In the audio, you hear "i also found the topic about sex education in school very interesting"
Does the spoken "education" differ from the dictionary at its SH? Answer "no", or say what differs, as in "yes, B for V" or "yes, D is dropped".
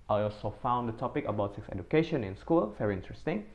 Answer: no